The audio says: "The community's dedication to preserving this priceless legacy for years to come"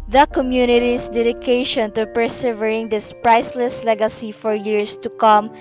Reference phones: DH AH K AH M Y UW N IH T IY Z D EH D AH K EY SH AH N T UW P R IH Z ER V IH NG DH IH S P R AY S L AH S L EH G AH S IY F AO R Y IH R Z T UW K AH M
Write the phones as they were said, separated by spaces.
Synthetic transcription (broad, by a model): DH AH K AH M Y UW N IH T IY S D EH D AH K EY SH AH N T UW P R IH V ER IH NG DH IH S P R AY S L AH S L EH G AH S IY F AO R Y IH R S T UW K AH M